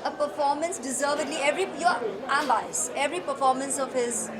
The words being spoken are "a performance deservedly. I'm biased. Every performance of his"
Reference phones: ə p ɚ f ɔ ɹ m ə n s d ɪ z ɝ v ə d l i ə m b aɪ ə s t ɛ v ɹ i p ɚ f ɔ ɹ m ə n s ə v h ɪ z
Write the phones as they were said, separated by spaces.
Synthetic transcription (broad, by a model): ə p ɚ f ɔ ɹ m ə n s d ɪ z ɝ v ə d l i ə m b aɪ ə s ɛ v ɹ i p ɚ f ɔ ɹ m ə n s ə v h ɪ z